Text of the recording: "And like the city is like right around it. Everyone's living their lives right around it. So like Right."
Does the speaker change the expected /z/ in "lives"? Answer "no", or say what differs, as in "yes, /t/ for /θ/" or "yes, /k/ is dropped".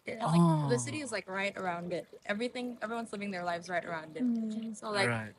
no